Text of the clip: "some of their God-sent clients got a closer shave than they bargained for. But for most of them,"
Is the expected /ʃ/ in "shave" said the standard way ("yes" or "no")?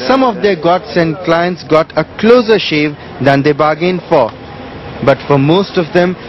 yes